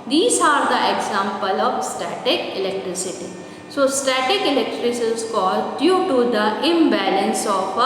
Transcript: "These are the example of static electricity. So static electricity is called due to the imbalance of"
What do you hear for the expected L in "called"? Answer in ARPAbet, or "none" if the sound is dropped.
L